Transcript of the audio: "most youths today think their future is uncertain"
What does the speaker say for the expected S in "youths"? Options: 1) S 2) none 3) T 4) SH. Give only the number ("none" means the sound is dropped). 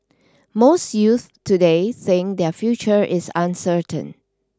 2